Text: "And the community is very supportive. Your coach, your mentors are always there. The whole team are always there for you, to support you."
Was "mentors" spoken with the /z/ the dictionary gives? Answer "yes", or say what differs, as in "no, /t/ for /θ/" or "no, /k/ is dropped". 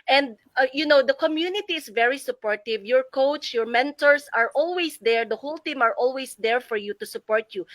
no, /s/ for /z/